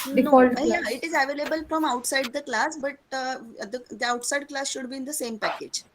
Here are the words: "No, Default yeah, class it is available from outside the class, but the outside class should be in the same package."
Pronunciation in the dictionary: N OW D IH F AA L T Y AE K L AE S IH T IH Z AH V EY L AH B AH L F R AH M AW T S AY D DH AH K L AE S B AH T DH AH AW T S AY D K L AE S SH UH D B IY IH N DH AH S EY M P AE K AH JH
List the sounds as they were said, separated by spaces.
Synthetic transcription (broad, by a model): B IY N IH AA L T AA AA IH T IH Z AH V EY L AH B AH L F R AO M AW T S AY D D AH K L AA S B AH T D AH AW T S AY D K L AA S SH UH D B IY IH N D AH S EY M P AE K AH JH